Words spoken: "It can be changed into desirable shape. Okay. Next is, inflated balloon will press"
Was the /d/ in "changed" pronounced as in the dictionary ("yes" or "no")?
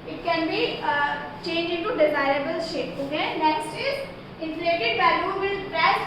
no